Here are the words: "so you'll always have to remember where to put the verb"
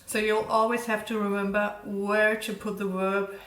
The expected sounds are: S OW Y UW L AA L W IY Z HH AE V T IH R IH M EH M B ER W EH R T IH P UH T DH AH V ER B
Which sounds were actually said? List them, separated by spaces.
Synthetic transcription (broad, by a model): S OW Y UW L AA L W IY Z HH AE F T IH R IH M EH M B ER W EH R T IH P UH T DH AH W ER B